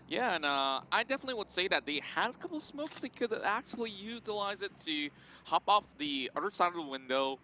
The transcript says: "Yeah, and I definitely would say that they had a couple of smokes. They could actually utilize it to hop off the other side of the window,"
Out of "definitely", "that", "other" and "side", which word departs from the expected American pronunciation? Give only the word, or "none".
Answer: none